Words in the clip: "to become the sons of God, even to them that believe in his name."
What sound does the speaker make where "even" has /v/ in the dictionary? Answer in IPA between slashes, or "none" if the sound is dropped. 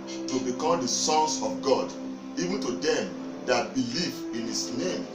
/v/